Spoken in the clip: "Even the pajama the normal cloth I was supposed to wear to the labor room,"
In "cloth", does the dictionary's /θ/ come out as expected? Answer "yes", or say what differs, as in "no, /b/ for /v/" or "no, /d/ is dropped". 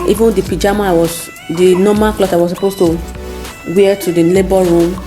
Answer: no, /s/ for /θ/